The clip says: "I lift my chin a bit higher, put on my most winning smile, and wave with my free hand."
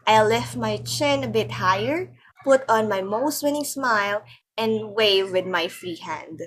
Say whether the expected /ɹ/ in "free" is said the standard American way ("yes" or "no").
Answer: no